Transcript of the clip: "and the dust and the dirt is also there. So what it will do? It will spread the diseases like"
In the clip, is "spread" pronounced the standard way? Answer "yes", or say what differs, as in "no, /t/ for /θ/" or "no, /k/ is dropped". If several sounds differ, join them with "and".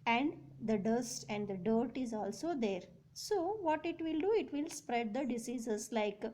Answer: yes